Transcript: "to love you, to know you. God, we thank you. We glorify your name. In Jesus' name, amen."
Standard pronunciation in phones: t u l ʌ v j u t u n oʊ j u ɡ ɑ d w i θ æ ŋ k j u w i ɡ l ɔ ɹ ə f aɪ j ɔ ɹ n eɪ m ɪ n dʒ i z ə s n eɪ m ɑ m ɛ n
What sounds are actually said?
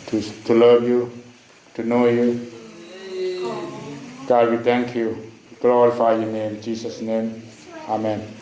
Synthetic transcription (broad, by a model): t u l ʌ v j u t u n oʊ j u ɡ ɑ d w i t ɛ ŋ k j u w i ɡ l ɔ ɹ ə f aɪ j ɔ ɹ n eɪ m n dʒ i s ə s n eɪ m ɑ m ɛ n